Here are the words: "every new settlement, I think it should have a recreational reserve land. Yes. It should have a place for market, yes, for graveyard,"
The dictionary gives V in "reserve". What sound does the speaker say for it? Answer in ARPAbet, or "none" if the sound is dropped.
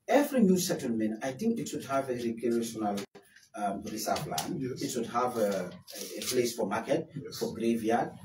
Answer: P